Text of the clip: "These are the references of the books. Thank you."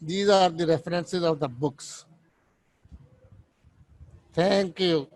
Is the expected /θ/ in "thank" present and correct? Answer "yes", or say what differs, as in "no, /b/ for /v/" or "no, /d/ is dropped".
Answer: no, /t/ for /θ/